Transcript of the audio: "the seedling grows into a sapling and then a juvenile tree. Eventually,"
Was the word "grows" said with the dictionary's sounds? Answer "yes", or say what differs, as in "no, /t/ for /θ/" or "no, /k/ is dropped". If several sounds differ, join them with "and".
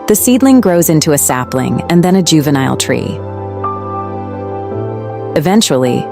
yes